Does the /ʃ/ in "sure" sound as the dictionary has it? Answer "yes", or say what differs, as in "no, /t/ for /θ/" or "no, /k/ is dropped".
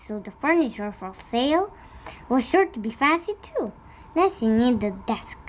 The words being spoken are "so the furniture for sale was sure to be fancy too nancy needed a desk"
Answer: yes